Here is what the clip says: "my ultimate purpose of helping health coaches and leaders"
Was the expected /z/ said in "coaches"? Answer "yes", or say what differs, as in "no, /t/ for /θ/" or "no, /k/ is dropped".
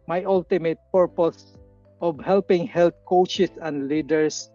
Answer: no, /s/ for /z/